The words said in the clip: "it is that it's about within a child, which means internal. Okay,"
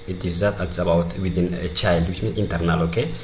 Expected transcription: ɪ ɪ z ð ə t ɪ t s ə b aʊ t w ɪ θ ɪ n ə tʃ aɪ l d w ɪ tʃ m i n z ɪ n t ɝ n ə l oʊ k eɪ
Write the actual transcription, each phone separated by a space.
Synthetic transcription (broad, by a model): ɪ ɪ z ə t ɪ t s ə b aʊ t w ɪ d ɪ n ə tʃ aɪ l d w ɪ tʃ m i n ɪ n t ɝ n ə l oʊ k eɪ